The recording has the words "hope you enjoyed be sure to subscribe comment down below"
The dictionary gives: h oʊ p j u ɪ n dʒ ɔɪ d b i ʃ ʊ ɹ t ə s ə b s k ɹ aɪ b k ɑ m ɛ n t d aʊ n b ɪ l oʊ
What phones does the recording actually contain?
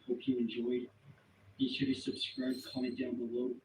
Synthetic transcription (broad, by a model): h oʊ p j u ɪ n dʒ ɔɪ d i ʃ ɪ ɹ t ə s ə b s k ɹ aɪ b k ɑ ɛ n d aʊ n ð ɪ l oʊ